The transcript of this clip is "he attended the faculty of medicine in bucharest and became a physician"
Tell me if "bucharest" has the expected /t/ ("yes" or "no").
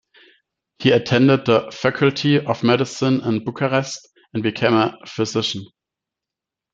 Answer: yes